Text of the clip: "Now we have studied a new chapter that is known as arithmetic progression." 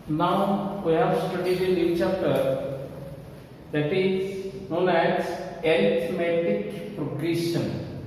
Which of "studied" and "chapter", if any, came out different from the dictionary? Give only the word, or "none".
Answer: chapter